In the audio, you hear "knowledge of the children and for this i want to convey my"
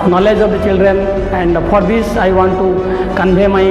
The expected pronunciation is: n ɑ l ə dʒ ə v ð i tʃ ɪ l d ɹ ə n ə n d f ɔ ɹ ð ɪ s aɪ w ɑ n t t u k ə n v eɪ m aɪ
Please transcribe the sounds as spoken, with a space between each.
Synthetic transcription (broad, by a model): n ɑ l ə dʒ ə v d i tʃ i l d ɹ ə n ə n d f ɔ ɹ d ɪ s aɪ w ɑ n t t u k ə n b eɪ m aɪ